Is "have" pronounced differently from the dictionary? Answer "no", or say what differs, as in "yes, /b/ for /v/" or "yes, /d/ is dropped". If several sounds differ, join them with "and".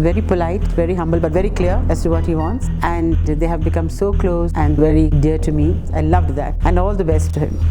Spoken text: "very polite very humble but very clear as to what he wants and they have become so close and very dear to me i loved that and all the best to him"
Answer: no